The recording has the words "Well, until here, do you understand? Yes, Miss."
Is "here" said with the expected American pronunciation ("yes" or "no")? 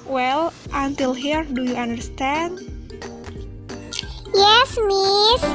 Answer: yes